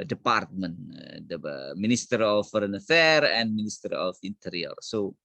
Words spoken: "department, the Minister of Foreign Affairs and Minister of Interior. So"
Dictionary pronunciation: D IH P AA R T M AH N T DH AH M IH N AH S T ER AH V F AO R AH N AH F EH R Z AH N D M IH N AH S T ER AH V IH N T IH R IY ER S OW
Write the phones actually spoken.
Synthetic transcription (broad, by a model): D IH P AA R T M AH N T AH M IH N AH S T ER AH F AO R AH N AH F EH R AH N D M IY N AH S T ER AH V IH N T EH R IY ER S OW